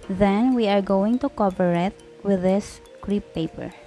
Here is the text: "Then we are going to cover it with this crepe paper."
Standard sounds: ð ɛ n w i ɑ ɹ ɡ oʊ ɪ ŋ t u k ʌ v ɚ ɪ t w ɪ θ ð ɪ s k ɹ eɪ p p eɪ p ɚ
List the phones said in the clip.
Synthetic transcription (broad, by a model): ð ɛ n w i ɑ ɹ ɡ oʊ ɪ ŋ t u k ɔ p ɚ ɪ t w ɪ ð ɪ s k ɹ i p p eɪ p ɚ